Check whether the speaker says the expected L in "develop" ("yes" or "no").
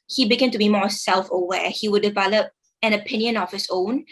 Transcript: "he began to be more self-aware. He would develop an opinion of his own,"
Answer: yes